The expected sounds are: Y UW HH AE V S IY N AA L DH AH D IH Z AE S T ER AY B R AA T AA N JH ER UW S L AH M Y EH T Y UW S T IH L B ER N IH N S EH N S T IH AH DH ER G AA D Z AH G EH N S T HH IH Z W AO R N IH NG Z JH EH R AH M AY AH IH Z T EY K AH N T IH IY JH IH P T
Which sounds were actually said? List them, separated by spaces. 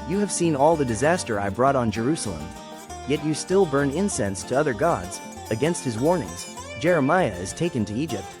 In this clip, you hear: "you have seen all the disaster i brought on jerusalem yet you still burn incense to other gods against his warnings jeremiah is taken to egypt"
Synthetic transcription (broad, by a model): Y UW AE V S IY N AA L DH AH D IH Z AE S T ER AY B R AA T N JH ER UW S L AH M Y EH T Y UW S T IH L B ER N IH N S EH N S T IH AH DH ER G AA D Z AH G EH N S T HH IH Z W AO R N IH NG Z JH EH R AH M AY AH IH Z T EY K AH N T IH IY JH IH P T